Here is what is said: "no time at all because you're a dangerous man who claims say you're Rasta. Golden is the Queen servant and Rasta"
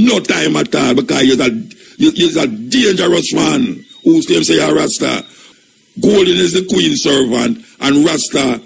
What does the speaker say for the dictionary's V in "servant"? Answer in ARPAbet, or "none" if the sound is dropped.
V